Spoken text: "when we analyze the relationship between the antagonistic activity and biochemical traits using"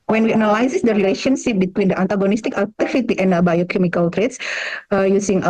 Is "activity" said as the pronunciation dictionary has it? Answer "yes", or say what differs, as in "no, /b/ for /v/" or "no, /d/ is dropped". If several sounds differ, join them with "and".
no, /f/ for /v/